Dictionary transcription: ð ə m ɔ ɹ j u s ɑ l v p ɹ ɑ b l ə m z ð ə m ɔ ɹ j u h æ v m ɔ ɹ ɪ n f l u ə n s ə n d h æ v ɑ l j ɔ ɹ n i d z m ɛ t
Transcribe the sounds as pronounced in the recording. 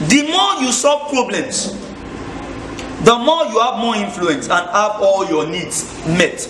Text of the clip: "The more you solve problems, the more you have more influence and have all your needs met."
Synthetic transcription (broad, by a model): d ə m ɔ j u s ɑ v p ɹ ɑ b l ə m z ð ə m ɔ j u h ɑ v m ɔ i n f l u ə n s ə n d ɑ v ɑ l j ɔ n i d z m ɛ t